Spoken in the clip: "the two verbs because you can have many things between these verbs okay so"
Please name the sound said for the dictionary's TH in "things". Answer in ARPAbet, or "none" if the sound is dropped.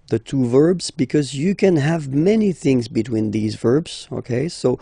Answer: TH